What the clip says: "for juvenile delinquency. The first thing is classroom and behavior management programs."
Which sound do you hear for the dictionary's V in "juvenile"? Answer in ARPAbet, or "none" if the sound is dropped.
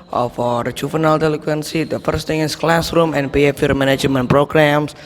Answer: F